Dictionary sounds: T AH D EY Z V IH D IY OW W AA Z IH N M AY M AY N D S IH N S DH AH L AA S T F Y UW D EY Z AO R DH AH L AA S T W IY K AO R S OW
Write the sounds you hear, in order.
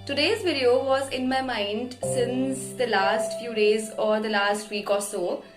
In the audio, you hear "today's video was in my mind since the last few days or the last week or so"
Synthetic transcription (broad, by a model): T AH D EY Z V IH D IY OW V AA Z IH N M AY M AY N D S IH N S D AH L AA S T F Y UW D EY Z AO R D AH L AA S T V IY K AO R S OW